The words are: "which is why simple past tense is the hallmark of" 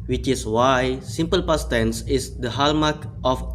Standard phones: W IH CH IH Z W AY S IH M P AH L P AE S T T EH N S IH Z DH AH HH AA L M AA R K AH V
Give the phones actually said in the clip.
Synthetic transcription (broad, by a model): W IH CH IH S W AY S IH M P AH L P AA S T T EH N S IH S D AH HH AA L M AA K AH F